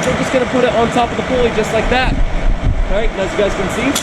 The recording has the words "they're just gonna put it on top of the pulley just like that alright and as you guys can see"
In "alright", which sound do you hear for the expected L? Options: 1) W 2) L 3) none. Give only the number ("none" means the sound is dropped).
3